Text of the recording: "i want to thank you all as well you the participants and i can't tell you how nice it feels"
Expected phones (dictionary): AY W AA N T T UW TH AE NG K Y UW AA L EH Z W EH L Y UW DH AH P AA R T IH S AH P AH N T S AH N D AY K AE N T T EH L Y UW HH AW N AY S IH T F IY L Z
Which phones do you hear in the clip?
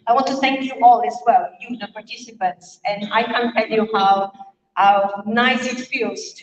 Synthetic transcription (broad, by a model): AY W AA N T T UW TH AE NG K Y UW AA L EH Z W EH L Y UW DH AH P AA R T IH S AH P AH N T S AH N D AY K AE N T T EH L Y UW HH AW N AY S IH T F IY L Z